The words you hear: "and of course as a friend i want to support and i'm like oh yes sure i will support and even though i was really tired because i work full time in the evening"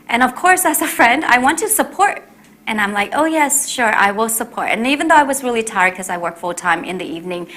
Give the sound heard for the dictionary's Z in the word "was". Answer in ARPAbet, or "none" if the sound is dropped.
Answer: Z